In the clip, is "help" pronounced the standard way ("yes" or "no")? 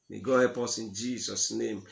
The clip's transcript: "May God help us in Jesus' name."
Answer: yes